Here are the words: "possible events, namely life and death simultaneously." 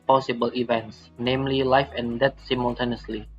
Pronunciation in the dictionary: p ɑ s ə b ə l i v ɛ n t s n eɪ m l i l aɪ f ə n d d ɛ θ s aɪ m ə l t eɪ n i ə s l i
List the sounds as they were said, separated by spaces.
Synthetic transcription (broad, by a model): p ɑ s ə b ə l i v ɛ n t s n eɪ m l i l aɪ f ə n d d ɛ t s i m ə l t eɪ n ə s l i